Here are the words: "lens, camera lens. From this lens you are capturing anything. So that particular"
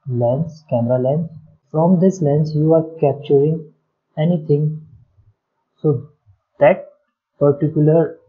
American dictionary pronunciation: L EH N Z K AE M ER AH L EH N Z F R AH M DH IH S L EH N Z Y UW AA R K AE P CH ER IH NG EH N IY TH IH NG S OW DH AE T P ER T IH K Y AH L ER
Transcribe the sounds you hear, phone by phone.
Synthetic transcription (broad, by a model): L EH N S K AE M ER AH L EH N S F R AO M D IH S L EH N S Y UW AA R K AE P CH ER IH NG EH N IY T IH NG S OW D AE T P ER T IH K Y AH L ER